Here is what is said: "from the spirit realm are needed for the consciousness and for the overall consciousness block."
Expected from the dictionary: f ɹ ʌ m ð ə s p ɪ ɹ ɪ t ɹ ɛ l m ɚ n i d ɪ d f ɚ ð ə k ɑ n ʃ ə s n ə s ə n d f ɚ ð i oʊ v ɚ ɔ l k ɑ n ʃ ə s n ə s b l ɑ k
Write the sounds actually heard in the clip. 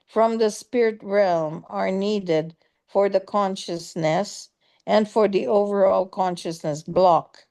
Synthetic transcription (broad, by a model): f ɹ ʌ m ð ə s p ɪ ɹ ɪ t ɹ ɛ l m ɚ n i d ɪ d f ɚ ð ə k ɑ n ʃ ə s n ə s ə n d f ɚ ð i oʊ v ɚ ɔ l k ɑ n ʃ ə s n ə s b l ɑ k